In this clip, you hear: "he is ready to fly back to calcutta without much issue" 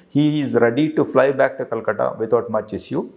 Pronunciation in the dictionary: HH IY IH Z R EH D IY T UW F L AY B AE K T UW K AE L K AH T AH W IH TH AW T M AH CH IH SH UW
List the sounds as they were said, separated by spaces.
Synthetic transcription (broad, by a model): HH IY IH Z R EH D IY T UW F L AY B AE K T UW K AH L K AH T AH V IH T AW T M AH CH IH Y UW